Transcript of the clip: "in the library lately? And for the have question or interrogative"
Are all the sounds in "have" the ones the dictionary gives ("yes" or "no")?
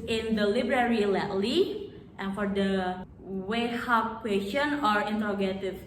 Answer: no